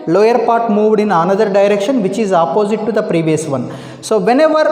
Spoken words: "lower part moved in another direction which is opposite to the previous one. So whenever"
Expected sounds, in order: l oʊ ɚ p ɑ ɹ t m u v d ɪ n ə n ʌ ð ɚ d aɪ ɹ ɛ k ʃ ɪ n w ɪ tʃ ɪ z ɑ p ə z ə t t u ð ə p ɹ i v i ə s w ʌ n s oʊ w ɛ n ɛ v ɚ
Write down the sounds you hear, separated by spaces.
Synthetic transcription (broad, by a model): l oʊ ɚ p ɑ ɹ t m u v d ɪ n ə n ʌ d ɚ d aɪ ɹ ɛ k ʃ ɪ n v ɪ tʃ ɪ z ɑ p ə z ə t t u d ə p ɹ i v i ə s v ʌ n s oʊ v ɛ n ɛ v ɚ